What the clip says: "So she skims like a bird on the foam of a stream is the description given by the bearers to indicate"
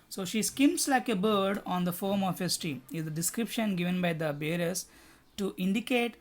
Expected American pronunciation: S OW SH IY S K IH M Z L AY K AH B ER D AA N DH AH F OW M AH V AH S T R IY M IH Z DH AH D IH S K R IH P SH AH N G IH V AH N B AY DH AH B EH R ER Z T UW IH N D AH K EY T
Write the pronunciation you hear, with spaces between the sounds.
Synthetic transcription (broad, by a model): S OW SH IY S K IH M S L AY K AH B ER D AA N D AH F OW M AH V AH S T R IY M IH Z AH D IH S K R IH P SH AH N G IH V AH N B AY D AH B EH R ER S T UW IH N D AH K EY T